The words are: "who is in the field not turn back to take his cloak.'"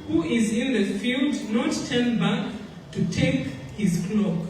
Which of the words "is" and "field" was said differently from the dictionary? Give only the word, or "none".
none